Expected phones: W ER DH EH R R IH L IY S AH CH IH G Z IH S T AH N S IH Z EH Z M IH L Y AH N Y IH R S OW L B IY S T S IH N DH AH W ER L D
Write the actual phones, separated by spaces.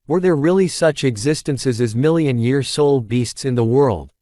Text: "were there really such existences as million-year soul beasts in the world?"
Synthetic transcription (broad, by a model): W ER DH EH R R IH L IY S AH CH IH G Z IH S T AH N S IH Z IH Z M IH L Y AH N Y IH R S OW L B IY S T S IH N DH AH W ER L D